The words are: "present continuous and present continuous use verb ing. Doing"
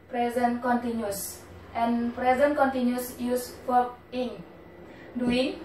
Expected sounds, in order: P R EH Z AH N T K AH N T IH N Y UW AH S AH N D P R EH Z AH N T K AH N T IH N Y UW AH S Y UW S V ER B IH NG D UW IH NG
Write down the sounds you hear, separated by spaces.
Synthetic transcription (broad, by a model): P R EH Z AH N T K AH N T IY N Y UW S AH N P R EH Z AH N K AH N T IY N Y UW S Y UW S F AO IH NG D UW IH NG